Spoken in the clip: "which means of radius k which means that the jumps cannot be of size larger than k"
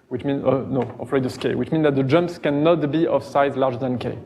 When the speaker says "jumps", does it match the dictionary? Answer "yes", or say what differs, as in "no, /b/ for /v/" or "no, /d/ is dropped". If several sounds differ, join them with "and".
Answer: yes